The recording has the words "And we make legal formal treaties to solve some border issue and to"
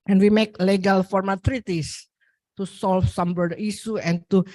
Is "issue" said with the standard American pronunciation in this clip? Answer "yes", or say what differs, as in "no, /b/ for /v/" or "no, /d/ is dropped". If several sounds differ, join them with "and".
no, /s/ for /ʃ/